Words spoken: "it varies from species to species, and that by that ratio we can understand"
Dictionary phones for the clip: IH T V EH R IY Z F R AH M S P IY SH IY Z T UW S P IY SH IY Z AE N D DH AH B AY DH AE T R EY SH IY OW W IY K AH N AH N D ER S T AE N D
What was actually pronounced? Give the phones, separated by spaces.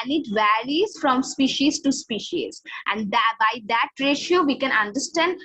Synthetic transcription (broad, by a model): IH T V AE L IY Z F R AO M S P IY SH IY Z T UW S P IY SH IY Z AE N D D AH B AY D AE T R EY SH IY OW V IY K AH N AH N D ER S T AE N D